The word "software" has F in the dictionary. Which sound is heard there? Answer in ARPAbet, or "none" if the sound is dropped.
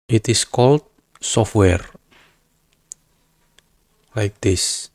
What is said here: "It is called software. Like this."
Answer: F